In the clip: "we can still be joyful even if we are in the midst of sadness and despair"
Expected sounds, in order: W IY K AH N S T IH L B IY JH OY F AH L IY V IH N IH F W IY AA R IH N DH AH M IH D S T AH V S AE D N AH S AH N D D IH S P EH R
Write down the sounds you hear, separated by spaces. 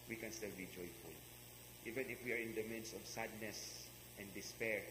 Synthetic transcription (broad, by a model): W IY K AH N S T IH L B IY JH OY F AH L IY V IH N IH F W IY AA R IH N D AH M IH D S AH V S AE D N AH S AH N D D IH S P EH R